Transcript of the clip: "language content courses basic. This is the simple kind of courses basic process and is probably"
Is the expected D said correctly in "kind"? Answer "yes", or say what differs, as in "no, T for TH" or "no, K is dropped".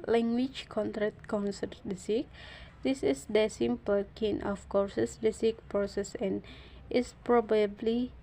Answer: no, D is dropped